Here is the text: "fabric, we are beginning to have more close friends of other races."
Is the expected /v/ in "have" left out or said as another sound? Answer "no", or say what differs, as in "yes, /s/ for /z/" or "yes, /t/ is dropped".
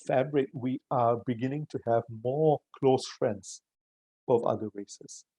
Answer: no